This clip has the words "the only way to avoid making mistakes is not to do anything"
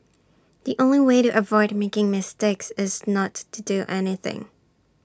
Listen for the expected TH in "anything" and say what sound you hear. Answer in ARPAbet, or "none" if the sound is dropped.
TH